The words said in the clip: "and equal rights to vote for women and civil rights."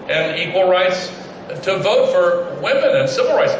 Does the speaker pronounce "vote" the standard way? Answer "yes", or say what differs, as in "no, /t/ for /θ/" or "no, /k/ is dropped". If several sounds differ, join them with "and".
yes